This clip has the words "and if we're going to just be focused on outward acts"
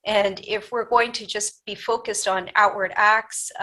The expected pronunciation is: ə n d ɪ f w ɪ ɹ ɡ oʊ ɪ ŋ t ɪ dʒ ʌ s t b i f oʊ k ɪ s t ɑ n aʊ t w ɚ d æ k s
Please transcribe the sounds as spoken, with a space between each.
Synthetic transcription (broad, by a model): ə n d ɪ f w ɪ ɹ ɡ oʊ ɪ ŋ t ɪ dʒ ʌ s b i f oʊ k ɪ s t n aʊ t w ɚ d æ k s